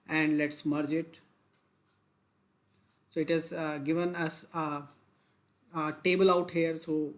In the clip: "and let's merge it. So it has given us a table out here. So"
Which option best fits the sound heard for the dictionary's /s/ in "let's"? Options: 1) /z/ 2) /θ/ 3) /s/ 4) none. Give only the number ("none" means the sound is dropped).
3